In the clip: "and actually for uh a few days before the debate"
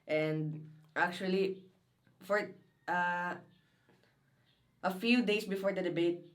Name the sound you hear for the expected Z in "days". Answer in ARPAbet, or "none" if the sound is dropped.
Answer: S